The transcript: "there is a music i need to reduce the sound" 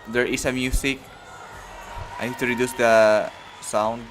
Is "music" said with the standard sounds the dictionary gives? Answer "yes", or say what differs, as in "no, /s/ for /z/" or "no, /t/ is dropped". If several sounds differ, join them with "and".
no, /s/ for /z/